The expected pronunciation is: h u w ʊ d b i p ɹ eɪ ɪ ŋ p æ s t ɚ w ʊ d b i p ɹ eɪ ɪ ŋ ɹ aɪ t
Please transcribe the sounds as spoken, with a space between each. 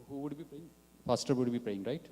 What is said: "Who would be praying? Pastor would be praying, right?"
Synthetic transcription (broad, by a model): h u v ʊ d b i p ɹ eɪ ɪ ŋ f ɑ s t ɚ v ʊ d b i p ɹ eɪ ɪ ŋ ɹ aɪ t